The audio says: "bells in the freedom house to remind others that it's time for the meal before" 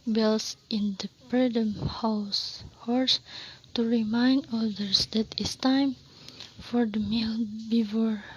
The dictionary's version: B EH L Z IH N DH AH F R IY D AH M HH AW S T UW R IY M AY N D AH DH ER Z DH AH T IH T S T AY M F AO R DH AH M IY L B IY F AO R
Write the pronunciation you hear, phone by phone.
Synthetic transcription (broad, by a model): B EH L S IH N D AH P R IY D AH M HH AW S T UW R IY M AY N D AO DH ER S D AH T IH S T AY M F AO R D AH M IY L B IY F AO R